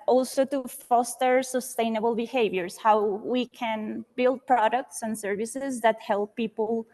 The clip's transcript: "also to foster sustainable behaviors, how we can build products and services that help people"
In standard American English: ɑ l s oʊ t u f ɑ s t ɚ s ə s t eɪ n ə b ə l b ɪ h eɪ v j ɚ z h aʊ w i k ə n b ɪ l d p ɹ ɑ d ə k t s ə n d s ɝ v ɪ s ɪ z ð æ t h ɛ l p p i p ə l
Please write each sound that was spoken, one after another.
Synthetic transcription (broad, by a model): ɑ l s oʊ t u f ɑ s t ɚ s ə s t eɪ n ə b ə l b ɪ h eɪ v j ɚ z h aʊ w i k ə n b ɪ l d p ɹ ɑ d ə k t s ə n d s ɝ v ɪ s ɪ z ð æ t h ɛ l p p i p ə l